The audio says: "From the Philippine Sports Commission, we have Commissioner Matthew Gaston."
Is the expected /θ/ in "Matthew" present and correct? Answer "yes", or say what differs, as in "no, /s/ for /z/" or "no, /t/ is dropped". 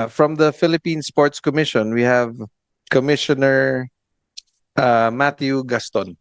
no, /t/ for /θ/